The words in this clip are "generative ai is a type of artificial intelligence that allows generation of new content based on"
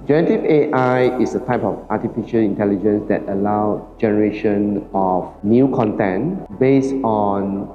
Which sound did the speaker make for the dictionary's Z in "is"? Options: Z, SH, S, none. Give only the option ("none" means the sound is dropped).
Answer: S